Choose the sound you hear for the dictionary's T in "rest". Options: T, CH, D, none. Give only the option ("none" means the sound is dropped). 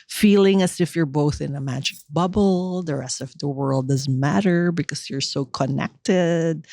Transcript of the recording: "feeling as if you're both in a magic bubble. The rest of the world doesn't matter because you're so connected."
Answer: T